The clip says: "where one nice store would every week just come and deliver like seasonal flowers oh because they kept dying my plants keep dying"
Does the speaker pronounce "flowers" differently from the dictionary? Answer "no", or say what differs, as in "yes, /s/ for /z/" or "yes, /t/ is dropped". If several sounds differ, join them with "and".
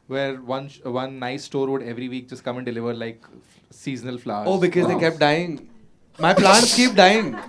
yes, /z/ is dropped